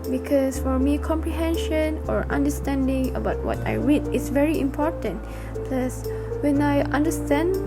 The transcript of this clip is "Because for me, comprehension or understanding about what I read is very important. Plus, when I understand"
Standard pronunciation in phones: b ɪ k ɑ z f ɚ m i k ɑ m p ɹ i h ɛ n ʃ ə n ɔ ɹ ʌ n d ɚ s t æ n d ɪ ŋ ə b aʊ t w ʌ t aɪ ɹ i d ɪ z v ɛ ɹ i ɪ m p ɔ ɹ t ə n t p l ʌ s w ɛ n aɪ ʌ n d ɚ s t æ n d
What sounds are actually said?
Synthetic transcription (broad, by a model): b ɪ k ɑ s f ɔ m i k ɑ m p ɹ i h ɛ n ʃ ə n ɔ ɹ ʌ n d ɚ s t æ n d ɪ ŋ ə b aʊ t w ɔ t aɪ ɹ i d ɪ s v ɛ ɹ i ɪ m p ɔ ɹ t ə n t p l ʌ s w ɛ n aɪ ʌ n d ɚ s t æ n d